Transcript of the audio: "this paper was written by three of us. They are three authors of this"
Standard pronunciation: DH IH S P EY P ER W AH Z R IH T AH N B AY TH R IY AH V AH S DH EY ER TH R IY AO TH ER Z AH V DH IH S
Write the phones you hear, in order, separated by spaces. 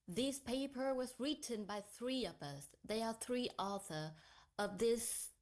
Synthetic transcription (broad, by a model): DH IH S P EY P ER W AH Z R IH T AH N B AY TH R IY AH V AH S DH EY ER TH R IY AO TH ER AH V DH IH S